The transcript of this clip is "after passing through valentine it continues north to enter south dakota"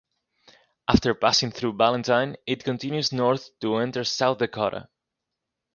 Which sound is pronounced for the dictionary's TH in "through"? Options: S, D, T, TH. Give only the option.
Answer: TH